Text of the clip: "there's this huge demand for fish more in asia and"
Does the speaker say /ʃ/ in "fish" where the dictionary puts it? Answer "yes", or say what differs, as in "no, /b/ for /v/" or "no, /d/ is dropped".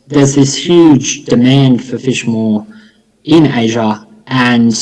yes